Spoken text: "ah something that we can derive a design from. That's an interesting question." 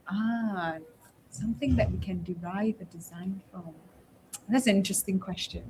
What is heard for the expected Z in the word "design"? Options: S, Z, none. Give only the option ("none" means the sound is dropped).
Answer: Z